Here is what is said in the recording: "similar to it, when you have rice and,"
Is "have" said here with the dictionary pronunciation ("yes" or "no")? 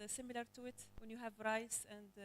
yes